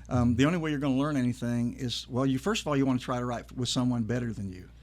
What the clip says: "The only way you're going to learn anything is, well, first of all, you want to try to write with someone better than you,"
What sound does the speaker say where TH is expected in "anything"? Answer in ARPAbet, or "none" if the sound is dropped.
TH